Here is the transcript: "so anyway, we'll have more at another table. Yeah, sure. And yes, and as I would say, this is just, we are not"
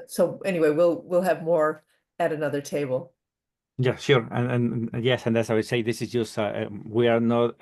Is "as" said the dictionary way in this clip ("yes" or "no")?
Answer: no